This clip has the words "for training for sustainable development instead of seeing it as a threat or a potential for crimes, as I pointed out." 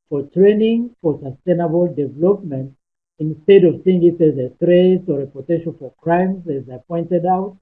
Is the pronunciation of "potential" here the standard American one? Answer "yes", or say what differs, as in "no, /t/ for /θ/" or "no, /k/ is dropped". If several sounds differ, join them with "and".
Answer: no, /n/ is dropped and /n/ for /l/